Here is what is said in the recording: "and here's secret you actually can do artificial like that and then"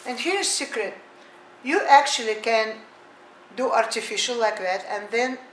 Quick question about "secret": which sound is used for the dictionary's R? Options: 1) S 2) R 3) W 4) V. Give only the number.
2